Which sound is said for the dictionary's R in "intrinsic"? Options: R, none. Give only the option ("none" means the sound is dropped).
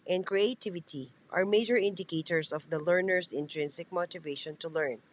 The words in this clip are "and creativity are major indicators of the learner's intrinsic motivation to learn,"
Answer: R